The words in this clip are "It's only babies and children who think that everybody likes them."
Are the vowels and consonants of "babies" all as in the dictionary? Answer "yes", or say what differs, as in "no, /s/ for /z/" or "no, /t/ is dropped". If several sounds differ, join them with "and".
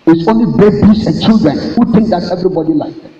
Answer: no, /s/ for /z/